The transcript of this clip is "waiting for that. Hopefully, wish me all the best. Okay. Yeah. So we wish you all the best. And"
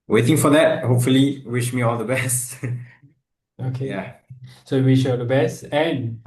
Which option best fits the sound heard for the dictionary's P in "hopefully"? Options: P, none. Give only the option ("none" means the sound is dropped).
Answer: P